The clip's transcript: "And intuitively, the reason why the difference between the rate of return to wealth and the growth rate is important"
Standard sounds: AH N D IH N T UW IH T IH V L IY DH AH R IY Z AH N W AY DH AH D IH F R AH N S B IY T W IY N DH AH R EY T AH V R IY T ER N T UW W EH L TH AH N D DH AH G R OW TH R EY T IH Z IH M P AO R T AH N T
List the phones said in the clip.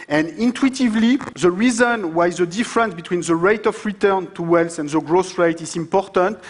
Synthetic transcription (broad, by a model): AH N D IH N T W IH T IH V L IY DH AH R IY Z AH N W AY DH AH D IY F R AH N S B IY T W IY N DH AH R EY T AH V R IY T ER N T UW W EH L S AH N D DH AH G R OW S R EY T IH Z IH M P AO R T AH N T